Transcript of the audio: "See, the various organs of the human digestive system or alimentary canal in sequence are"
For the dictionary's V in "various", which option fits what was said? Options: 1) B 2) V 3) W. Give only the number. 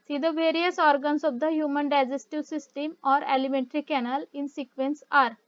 2